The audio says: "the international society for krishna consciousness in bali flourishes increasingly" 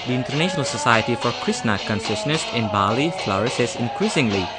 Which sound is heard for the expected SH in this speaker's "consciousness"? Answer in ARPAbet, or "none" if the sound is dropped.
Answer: S